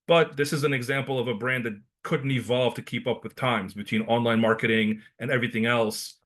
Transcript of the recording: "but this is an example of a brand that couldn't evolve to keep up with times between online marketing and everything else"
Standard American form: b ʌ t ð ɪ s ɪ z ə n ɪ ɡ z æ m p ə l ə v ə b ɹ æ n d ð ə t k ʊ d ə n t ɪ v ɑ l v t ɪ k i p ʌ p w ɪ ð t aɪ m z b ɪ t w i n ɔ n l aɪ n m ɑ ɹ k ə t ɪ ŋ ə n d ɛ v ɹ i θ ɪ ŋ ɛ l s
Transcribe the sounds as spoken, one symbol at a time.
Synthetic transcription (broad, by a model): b ʌ t ð ɪ s ɪ z ə n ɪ ɡ z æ m p l ə v ə b ɹ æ n ð ə t k ʊ d n t ɪ v ɑ l v t ɪ k i p ʌ p w ɪ ð t aɪ m z b ɪ t w i n ɔ n l aɪ n m ɑ ɹ k ə t ɪ ŋ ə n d ɛ v ɹ i θ ɪ ŋ ɛ l s